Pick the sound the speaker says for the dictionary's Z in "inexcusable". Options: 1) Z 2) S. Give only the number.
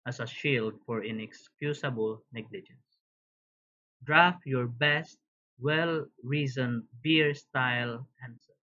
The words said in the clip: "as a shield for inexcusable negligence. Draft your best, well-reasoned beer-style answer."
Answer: 2